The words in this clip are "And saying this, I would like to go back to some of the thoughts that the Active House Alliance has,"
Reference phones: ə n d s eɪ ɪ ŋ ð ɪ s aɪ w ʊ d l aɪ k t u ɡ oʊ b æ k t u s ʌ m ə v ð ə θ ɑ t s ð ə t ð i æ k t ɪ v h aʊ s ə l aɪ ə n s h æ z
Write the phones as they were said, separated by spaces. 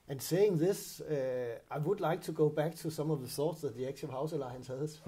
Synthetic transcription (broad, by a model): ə n s eɪ ɪ ŋ ð ɪ s aɪ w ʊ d l aɪ k t u ɡ oʊ b æ k t u s ʌ m ə v ð ə s ɑ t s ð ə t ð i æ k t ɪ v h aʊ s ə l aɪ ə n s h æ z